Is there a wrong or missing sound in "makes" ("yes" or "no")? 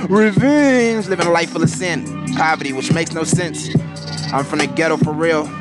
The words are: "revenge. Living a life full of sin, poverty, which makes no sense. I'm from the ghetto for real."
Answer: no